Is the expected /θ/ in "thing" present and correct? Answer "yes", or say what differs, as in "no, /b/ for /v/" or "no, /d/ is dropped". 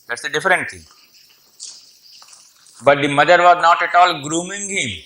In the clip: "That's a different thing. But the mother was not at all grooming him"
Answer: no, /t/ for /θ/